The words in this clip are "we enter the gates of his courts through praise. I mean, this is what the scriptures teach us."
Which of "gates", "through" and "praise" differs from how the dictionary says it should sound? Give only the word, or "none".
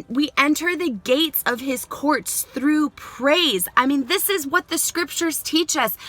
none